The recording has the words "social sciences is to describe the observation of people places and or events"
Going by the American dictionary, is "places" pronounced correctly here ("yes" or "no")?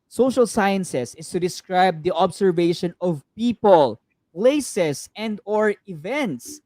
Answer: no